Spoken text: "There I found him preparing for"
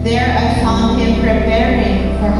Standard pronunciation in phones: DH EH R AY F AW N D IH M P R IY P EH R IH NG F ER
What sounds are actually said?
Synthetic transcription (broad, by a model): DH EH R AY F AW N IH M P R IY P EH R IH NG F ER